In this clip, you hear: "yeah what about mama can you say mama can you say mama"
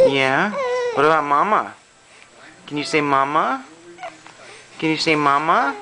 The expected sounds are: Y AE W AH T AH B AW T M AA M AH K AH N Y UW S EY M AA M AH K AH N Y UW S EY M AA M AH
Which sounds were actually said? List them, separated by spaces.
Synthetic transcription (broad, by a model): Y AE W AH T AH AW M AA M AH K AH N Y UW S EY M AA M AH K AH N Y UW S EY M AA M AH